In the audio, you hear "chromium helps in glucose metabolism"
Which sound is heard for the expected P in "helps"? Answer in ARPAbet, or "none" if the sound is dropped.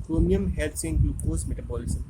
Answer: none